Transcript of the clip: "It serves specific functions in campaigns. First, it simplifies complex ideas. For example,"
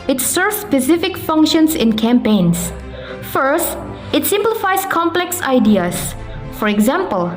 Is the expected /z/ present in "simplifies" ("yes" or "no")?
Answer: no